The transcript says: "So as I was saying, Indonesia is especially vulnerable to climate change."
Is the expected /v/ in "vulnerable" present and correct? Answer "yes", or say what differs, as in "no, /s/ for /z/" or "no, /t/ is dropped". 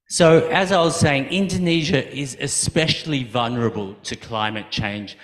yes